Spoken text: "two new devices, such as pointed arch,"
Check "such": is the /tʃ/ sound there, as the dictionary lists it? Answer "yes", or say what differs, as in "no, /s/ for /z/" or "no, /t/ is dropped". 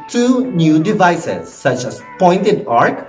yes